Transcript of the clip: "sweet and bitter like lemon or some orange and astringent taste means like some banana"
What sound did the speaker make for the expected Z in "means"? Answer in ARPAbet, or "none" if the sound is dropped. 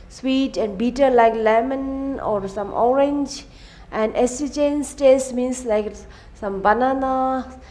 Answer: S